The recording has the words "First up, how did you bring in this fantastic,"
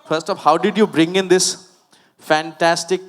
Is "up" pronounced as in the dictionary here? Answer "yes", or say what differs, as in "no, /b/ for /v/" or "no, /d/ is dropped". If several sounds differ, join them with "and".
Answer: no, /f/ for /p/